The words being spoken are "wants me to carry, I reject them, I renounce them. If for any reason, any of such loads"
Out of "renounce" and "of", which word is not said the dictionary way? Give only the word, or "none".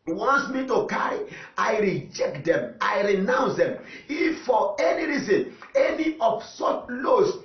of